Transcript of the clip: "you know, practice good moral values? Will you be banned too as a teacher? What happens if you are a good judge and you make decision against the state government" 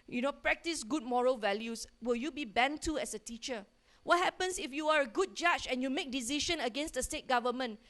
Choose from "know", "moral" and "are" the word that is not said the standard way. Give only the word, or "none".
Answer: none